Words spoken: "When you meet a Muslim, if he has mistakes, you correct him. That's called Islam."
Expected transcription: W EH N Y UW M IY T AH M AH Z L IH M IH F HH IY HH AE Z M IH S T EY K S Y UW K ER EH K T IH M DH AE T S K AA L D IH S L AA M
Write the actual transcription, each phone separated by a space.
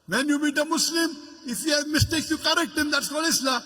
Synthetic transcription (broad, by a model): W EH N Y UW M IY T AH M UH S L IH M IH F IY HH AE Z M IH S T EY K S Y UW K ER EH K T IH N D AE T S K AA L IH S L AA